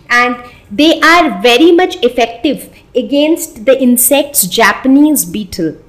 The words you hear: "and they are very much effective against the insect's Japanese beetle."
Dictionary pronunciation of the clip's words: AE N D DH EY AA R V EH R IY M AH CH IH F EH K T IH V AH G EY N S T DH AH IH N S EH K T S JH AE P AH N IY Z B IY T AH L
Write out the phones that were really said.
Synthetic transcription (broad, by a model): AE N D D EY AA R V EH R IY M AH CH IH F EH K T IH V AH G EY N S T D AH IH N S EH K T S JH AE P AH N IY Z B IY T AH L